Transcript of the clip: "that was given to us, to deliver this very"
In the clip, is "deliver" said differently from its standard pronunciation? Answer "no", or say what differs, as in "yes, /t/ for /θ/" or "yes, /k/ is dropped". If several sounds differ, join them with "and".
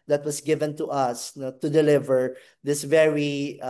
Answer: no